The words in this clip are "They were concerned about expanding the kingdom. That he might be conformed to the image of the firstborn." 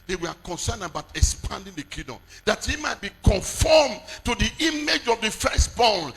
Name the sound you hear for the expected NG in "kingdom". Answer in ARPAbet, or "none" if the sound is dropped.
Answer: none